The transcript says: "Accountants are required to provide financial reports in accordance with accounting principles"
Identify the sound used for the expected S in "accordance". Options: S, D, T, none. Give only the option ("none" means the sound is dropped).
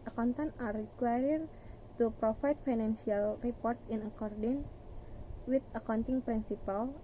none